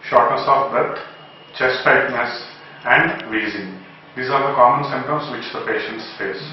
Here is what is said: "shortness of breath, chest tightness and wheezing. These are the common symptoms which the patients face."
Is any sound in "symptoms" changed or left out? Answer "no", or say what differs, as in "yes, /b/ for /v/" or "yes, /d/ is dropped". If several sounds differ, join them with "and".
yes, /p/ is dropped